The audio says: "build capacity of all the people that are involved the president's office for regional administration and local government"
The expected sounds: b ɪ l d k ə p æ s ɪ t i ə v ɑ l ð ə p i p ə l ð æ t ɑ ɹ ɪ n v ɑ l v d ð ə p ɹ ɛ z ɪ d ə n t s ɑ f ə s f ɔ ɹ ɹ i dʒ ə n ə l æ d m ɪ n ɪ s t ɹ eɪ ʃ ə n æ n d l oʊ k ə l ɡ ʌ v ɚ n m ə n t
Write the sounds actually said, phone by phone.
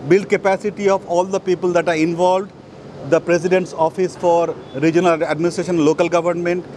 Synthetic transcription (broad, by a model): b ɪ l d k ə p æ s ɪ t i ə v ɑ l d ə p i p ə l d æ t ɑ ɹ ɪ n v ɑ l v d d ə p ɹ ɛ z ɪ d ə n t s ɑ f ə s f ɔ ɹ ɹ i dʒ ə n ə l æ d m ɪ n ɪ s t ɹ eɪ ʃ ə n n l oʊ k ə l ɡ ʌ v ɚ n m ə n t